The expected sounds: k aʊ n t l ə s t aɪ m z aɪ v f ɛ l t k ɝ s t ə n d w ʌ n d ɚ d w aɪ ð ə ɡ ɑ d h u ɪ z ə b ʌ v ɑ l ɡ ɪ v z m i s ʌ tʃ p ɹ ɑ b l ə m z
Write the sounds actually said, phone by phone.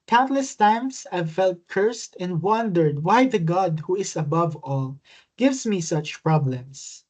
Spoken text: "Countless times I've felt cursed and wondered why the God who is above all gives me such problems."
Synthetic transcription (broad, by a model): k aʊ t l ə s t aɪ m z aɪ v f ɛ l t k ɝ s t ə n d w ʌ n d ɚ d w aɪ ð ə ɡ ɑ d h u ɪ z ə b ʌ v ɑ l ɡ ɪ v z m i s ʌ tʃ p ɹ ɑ b l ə m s